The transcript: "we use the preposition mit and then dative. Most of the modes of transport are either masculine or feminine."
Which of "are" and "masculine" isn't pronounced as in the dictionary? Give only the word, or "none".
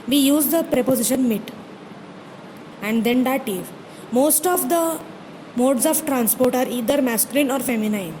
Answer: none